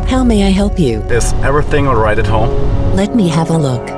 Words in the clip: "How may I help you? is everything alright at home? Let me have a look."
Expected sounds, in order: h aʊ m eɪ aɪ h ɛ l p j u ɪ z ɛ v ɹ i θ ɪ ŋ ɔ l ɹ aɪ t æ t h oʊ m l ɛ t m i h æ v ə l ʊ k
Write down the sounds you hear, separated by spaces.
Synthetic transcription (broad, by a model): h aʊ m eɪ aɪ h ɛ l p j u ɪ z ɛ v ɹ i θ ɪ ŋ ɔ ɹ aɪ t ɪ t h oʊ m l ɛ t m i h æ v ə l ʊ k